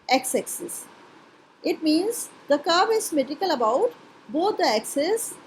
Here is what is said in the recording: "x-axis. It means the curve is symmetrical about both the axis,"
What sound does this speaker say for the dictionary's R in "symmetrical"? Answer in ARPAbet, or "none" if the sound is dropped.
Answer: none